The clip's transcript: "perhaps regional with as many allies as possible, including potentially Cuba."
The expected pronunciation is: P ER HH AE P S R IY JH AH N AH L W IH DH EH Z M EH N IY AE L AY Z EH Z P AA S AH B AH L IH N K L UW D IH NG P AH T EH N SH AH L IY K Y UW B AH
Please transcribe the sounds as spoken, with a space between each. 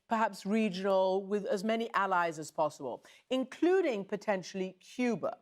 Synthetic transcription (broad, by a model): P ER HH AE P S R IY JH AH N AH L W IH DH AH Z M EH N IY AE L AY Z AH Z P AA S AH B AH L IH N K L UW D IH NG P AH T EH N SH L IY K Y UW B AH